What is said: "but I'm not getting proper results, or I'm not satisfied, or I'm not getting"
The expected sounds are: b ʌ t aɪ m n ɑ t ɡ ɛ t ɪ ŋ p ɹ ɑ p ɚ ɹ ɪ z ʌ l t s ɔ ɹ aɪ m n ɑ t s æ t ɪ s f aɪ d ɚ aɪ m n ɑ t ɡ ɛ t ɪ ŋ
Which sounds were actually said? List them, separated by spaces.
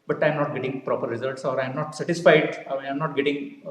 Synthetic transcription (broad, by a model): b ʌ t aɪ m n ɑ t ɡ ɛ t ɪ ŋ p ɹ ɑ p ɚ ɹ ɪ z ʌ l t s ɔ ɹ aɪ m n ɑ t s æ t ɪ s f aɪ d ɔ aɪ m n ɑ t ɡ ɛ t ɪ ŋ